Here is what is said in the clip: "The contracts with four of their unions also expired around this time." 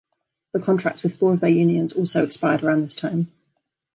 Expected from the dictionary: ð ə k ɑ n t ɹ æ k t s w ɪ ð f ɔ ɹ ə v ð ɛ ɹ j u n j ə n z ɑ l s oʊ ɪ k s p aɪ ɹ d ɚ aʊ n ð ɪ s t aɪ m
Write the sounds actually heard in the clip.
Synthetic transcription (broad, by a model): ð ə k ɑ n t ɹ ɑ k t s w ɪ ð f ɔ ɹ ə v ð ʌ j u n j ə n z ɑ l s oʊ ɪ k s p aɪ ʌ d ɚ aʊ n ð ɪ s t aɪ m